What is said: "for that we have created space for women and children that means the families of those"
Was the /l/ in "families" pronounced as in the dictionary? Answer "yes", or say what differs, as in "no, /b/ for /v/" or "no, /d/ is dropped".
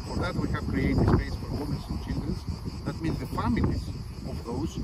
no, /n/ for /l/